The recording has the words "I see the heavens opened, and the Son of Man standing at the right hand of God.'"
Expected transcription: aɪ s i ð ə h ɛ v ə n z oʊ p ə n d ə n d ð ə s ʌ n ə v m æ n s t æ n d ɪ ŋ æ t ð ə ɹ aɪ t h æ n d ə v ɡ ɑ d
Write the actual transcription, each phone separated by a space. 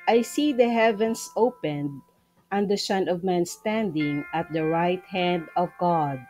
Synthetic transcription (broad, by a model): aɪ s i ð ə h ɛ v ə n s oʊ p ə n d ə n d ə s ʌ n ə v m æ n s t æ n d ɪ ŋ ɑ t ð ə ɹ aɪ t h æ n d ə v ɡ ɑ d